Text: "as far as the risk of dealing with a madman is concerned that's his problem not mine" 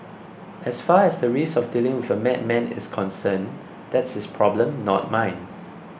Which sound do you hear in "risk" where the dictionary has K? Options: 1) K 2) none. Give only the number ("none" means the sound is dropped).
2